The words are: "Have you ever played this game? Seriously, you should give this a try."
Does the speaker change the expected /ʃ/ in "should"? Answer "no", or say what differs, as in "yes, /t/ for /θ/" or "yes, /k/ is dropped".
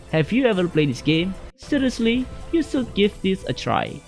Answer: yes, /s/ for /ʃ/